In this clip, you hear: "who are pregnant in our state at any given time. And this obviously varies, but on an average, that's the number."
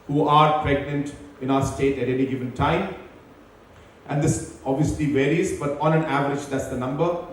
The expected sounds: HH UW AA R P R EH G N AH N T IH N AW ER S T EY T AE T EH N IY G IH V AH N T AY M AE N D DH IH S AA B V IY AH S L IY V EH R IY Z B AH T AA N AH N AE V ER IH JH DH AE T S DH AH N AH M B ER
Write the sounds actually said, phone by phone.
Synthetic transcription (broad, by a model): HH UW AA R P R EH G N AH N T IH N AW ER S T EY T AE T EH N IY G IH V AH N T AY M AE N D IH S AA B V IY AH S L IY V EH R IY Z B AH T AA N AH N AE V ER IH JH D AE T S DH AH N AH M B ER